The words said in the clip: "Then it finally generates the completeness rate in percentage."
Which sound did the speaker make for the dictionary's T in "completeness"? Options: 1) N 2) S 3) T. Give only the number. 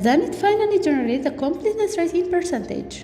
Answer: 2